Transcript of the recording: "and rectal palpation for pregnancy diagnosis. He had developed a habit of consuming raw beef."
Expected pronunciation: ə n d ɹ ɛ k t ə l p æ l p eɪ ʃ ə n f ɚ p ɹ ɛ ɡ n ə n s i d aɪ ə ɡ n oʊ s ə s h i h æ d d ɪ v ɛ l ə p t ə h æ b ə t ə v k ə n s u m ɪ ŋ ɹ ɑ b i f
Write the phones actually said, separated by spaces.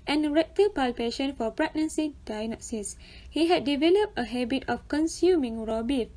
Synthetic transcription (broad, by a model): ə n ɹ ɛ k t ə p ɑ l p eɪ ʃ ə n f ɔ p ɹ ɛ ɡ n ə n s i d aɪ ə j n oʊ s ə s h i h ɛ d d ɪ v ɛ l ə p t ə h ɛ b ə t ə f k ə n s u m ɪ ŋ ɹ ɑ b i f